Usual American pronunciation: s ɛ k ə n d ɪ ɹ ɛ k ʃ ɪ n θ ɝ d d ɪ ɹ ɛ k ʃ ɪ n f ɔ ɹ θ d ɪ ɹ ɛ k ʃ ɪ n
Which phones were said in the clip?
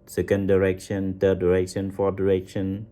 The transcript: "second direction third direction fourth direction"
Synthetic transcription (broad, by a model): s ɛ k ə n d ɪ ɹ ɛ k ʃ ɪ n t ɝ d d ɪ ɹ ɛ k ʃ ɪ n f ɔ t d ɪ ɹ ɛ k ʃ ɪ n